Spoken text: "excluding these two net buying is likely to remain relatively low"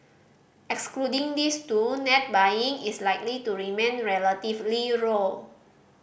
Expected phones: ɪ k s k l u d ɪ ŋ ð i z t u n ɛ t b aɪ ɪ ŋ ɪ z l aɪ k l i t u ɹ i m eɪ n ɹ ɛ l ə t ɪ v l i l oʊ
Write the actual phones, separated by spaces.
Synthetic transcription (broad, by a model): ɪ k s k l u d ɪ ŋ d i s t u n ɛ t b aɪ ɪ ŋ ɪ s l aɪ k l i t u ɹ i m eɪ n ɹ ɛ l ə t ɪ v l i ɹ oʊ